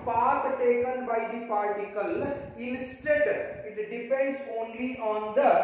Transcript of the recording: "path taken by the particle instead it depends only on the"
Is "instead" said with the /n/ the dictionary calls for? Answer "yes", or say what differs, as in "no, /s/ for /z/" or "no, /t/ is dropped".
no, /l/ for /n/